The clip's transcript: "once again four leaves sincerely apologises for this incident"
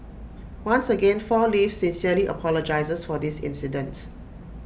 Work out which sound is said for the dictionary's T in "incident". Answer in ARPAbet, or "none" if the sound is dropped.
T